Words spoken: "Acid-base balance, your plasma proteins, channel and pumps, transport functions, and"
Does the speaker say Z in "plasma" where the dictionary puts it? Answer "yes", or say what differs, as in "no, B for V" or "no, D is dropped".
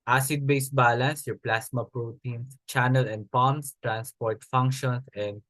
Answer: no, S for Z